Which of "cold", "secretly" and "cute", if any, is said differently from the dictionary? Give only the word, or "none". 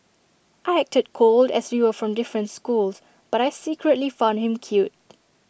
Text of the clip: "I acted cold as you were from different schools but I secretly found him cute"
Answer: none